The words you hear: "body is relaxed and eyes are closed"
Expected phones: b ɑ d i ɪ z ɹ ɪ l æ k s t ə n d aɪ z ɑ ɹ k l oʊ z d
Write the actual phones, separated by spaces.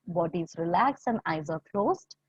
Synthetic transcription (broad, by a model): b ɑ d i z ɹ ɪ l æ k s ə n d aɪ z ɑ ɹ k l oʊ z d